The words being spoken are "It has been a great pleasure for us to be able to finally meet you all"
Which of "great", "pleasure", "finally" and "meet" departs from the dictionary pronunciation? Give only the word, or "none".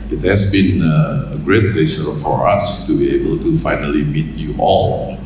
pleasure